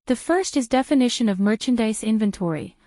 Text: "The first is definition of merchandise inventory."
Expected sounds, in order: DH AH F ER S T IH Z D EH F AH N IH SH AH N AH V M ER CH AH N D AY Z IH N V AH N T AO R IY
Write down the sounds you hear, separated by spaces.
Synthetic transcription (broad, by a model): DH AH F ER S T IH Z D EH F AH N IH SH AH N AH V M ER CH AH N D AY S IH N V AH N T AO R IY